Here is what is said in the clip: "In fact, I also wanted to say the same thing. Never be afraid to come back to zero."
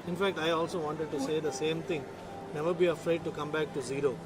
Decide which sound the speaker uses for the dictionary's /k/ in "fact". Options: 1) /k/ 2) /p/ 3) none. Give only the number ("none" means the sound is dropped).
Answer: 1